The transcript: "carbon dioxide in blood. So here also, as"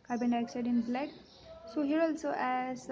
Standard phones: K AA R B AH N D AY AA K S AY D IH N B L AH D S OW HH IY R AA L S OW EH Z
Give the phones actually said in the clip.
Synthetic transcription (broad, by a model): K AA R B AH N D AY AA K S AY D IH N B L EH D S OW HH IY R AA L S OW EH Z